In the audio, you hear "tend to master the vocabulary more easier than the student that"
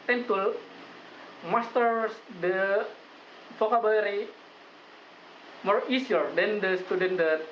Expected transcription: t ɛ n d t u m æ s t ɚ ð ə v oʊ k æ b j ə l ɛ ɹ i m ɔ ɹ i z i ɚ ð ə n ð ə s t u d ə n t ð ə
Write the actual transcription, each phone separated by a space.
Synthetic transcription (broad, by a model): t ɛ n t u m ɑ s t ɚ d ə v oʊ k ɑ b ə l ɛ ɹ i m ɔ ɹ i s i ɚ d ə n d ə s t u d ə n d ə